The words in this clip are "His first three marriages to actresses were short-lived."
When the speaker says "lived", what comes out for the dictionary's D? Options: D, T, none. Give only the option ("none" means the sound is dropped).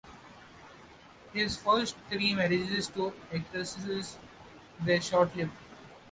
none